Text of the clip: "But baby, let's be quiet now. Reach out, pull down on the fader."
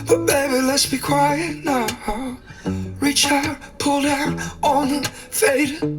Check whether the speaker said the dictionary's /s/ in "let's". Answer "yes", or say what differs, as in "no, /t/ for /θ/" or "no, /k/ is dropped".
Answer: yes